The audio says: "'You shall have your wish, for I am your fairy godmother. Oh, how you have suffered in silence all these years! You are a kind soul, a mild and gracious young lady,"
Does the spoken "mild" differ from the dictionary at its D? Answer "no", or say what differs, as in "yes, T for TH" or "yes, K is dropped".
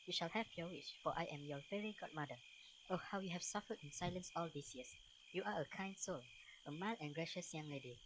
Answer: yes, D is dropped